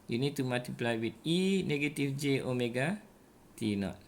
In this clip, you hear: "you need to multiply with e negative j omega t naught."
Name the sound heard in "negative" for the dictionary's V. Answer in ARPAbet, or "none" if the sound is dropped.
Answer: F